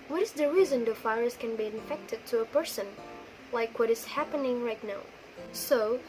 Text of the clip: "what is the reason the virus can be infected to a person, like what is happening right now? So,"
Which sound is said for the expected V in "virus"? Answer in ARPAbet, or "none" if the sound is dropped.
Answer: F